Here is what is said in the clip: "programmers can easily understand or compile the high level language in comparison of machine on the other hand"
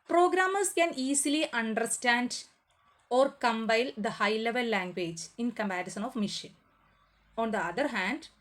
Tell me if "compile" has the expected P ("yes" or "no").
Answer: no